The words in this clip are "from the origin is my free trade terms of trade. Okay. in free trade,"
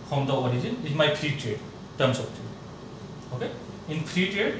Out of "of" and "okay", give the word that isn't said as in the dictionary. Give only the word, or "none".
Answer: of